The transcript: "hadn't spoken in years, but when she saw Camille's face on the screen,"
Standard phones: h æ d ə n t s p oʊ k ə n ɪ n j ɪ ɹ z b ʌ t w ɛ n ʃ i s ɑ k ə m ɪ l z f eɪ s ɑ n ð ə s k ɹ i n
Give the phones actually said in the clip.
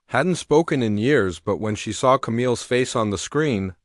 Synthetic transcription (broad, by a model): h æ d n t s p oʊ k ə n ɪ n j ɪ ɹ z b ʌ t w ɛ n ʃ i s ɑ k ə m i l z f eɪ s n ð ə s k ɹ i n